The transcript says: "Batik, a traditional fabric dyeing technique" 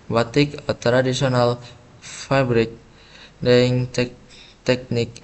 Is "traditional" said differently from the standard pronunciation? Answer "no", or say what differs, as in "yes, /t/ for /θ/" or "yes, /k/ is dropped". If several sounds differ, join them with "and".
yes, /s/ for /ʃ/